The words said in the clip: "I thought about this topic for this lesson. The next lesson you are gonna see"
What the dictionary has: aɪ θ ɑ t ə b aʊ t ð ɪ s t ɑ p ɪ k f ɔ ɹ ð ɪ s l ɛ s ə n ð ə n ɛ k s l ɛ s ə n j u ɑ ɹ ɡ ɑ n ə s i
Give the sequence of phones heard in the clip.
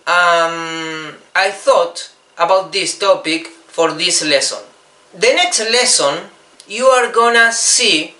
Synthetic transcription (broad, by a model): aɪ θ ɑ t ə b aʊ t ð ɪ s t ɑ p ɪ k f ɔ ɹ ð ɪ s l ɛ s ə n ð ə n ɛ k s l ɛ s ə n j u ɑ ɹ ɡ ɑ n ə s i